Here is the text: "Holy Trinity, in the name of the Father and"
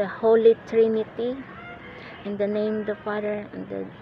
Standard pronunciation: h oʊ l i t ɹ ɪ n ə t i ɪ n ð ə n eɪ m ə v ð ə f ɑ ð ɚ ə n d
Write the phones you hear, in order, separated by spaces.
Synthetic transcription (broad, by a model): h oʊ l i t ɹ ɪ n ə t i ɪ n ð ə n eɪ ə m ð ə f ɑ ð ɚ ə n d